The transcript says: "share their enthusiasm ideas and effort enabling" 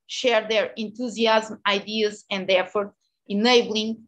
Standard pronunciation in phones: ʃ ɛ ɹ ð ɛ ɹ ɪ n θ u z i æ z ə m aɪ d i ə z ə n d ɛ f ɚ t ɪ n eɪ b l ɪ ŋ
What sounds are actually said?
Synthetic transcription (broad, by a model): ʃ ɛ ɹ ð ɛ ɹ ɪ n t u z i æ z m aɪ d i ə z ə n d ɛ f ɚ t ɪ n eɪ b l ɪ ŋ